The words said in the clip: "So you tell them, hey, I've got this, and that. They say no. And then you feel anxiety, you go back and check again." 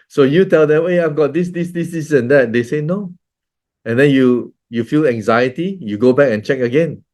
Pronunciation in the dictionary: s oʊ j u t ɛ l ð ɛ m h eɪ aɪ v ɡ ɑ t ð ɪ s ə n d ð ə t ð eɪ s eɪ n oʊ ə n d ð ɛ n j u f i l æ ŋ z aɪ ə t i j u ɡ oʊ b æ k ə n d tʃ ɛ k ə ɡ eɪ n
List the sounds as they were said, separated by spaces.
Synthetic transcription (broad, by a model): s oʊ j u t ɛ l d ɛ m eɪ aɪ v ɡ ɑ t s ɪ s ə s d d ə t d eɪ s eɪ n oʊ ə n d ɛ n j u f i l æ ŋ z aɪ ə t i j u ɡ oʊ b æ k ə n tʃ ɛ k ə ɡ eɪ n